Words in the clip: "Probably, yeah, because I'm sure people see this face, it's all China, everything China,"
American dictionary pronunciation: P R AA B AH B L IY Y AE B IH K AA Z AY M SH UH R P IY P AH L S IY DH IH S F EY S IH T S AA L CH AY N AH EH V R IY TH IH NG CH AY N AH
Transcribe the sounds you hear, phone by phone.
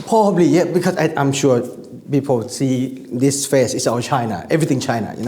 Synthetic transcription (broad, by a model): P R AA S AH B L IY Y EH B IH K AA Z AY M SH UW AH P IY P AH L S IY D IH S F EY S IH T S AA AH CH AY N AH EH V R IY T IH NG CH AY N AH